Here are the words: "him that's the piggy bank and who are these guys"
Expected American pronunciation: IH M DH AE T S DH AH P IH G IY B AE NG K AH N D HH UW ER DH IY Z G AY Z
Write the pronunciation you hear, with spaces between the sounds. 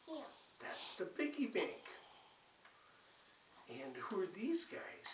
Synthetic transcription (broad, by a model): DH AE T S DH AH B IH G IY B AE NG K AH N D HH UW ER DH IY Z G AY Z